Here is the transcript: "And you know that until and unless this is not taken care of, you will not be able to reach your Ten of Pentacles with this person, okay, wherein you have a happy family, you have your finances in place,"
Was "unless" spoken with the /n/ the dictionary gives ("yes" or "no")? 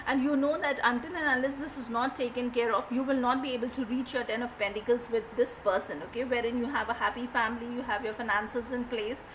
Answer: no